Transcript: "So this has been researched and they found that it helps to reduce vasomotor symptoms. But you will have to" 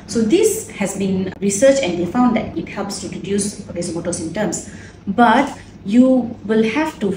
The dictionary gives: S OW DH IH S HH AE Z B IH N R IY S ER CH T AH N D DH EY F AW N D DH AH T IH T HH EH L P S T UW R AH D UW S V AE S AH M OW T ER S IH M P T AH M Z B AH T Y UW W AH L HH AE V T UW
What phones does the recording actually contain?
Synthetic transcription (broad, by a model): S OW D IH S HH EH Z B IH N R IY S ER CH AH N D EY F AW N D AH T IH T HH EH L P S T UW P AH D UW S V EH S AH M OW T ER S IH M T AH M S B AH T Y UW W AH L HH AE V T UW